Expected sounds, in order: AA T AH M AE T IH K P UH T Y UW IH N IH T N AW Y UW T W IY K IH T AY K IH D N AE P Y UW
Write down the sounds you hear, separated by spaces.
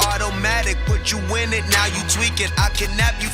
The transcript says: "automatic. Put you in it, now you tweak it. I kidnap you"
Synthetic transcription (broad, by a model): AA T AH M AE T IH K B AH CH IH IH N IH T N AW Y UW T W IY K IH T AY K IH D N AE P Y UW